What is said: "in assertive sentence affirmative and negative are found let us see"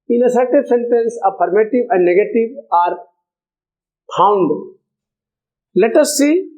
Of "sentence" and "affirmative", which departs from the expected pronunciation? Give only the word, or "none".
affirmative